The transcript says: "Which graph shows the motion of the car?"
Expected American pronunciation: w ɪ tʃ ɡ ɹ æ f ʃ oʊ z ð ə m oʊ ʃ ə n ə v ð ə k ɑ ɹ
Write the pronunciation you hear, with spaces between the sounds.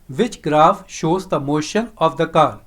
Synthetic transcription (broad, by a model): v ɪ tʃ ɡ ɹ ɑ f ʃ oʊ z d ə m oʊ ʃ ə n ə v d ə k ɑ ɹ